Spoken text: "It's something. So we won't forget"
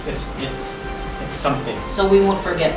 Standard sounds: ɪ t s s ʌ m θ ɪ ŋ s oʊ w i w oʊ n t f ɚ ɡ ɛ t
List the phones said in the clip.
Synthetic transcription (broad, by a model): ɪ t s s ʌ m θ ɪ ŋ s oʊ w i w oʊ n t f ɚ ɡ ɛ t